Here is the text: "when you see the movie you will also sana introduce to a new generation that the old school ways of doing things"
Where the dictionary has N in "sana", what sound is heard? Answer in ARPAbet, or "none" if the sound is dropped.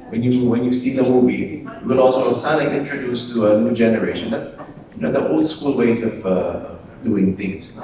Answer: L